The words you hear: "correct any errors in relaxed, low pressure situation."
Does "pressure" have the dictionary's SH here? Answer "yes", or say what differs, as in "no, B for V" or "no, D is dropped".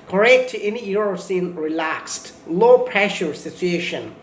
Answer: yes